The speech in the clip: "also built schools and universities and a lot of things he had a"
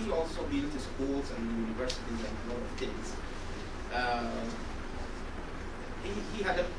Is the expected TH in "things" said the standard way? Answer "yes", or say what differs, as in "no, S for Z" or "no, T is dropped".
no, T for TH